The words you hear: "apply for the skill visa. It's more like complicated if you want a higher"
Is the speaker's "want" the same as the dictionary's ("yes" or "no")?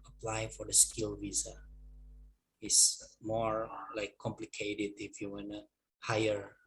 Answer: no